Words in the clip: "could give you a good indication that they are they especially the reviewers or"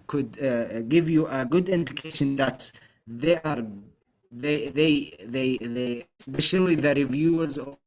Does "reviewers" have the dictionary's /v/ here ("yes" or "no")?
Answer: yes